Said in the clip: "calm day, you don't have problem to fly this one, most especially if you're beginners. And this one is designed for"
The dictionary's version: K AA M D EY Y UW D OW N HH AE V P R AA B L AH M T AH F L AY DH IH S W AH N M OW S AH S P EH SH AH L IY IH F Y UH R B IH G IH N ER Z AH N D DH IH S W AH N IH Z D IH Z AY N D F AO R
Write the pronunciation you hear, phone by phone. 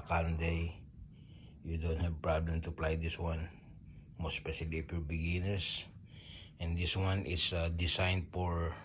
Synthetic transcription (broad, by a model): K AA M D EY Y UW D OW N HH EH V P R AA B L AH M T AH P L AY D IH S W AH N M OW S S P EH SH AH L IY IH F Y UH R B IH G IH N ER S AH N D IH S W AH N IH S D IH S AY N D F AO R